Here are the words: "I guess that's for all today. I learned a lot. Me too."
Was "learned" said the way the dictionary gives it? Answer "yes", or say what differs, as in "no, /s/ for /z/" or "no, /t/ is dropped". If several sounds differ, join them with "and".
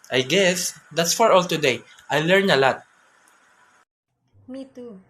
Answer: no, /d/ is dropped